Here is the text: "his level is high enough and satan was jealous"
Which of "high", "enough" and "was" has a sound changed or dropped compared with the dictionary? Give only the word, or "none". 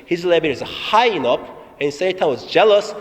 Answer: enough